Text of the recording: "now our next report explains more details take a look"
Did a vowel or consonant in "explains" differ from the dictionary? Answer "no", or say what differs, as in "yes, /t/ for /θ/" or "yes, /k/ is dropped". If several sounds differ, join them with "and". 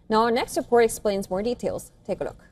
no